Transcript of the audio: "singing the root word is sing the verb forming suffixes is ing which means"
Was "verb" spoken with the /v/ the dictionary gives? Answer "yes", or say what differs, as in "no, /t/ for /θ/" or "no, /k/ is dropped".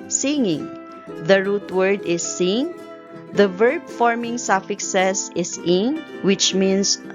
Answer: yes